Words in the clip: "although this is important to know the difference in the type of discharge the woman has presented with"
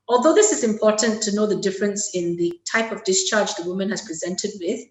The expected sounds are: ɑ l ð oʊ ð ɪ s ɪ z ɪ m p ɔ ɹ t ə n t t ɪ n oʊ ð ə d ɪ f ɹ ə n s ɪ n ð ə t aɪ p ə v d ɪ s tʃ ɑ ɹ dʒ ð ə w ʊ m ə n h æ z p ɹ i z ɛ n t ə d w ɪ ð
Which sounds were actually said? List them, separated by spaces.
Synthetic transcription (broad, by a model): ɑ l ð oʊ ð ɪ s ɪ z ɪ m p ɔ ɹ t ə n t t ɪ n oʊ ð ə d ɪ f ɹ ə n s ɪ n ð ə t aɪ p ə v d ɪ s tʃ ɑ ɹ dʒ ð ə w ʊ m ə n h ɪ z p ɹ i z ɛ n t ə d w ɪ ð